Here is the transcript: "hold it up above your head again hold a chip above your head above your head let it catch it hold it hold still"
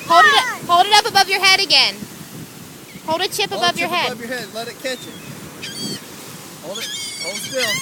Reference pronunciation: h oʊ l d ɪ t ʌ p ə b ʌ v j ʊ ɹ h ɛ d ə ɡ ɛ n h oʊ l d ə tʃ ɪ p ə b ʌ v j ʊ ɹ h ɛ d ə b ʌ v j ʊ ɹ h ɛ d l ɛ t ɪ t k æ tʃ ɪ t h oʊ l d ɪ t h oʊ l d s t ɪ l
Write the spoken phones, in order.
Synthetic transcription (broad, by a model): h oʊ l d ɪ t ʌ p ə b ʌ v j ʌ ɹ h ɛ d ə ɡ ɛ n h oʊ l d ə tʃ ɪ p ə b ʌ v j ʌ ɹ h ɛ d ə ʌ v j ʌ ɹ h ɛ d l ɛ t ɪ t k æ tʃ ɪ t h oʊ l d ɪ t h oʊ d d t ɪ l